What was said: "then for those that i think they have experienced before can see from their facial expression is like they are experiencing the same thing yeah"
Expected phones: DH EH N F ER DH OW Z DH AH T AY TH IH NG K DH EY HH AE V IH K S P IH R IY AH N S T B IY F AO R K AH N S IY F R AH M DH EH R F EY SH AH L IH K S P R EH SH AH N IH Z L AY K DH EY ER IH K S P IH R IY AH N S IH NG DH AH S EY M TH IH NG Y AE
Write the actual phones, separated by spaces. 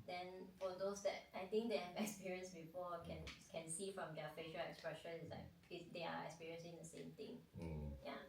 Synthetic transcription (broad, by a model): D EH N F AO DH OW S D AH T AY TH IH NG K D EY HH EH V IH K S P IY R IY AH N S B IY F AO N K AH N S IY F R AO M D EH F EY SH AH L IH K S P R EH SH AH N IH S L AY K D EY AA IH K S P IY R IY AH N S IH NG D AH S EY M T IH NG Y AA